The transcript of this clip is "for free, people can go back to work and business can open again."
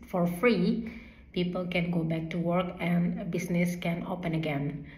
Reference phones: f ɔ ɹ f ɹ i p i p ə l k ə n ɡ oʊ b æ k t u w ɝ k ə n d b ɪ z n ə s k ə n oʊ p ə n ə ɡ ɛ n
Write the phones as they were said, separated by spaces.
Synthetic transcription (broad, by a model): f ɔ ɹ f ɹ i p i p ə l k ə n ɡ oʊ b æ k t u w ɝ k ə n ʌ b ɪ s n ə s k ə n oʊ p ə n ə ɡ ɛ n